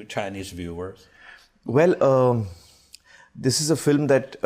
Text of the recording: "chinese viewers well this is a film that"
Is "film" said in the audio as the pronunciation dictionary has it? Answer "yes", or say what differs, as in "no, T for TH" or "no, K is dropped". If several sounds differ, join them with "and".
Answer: yes